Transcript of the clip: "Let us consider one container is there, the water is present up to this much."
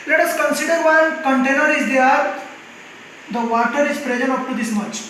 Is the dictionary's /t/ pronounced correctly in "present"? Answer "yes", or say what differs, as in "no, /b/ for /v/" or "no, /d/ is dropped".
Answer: no, /t/ is dropped